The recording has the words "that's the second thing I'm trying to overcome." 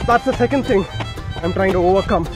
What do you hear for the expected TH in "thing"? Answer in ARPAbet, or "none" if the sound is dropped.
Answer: TH